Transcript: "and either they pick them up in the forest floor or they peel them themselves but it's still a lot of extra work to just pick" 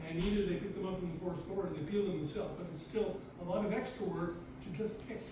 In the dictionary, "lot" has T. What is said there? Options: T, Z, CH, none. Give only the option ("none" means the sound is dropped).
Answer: T